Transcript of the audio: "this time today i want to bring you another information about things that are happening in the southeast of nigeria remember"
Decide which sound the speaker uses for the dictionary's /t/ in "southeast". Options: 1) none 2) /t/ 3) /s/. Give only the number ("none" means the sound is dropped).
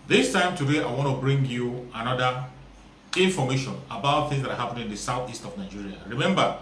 2